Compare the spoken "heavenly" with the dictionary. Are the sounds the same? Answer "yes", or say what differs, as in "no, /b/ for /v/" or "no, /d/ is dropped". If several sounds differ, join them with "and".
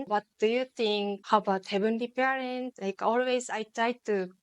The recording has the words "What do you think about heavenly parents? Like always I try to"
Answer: no, /b/ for /v/